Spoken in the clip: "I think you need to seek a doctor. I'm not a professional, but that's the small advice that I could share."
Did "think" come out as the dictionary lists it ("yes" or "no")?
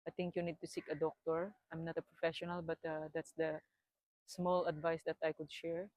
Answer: no